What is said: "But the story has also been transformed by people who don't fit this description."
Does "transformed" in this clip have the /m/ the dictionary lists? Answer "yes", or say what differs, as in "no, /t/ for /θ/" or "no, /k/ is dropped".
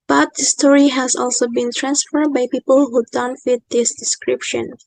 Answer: no, /m/ is dropped